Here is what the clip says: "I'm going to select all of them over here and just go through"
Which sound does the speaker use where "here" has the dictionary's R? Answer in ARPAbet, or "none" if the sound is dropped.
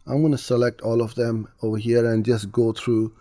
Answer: R